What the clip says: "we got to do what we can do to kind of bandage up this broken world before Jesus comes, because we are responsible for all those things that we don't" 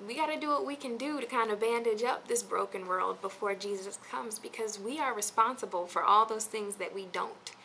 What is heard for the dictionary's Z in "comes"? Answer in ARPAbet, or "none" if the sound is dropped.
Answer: Z